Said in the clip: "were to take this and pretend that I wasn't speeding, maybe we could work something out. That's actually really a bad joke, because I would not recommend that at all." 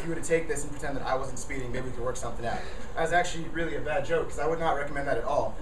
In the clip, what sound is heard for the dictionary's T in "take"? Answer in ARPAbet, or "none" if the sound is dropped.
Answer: T